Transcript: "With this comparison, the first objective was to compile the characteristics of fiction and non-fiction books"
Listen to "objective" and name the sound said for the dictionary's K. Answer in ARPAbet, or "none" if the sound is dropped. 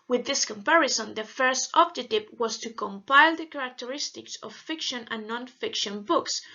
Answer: none